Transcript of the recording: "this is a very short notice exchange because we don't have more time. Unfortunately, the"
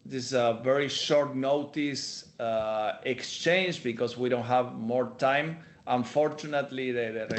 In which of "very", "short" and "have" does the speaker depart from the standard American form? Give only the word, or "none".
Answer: none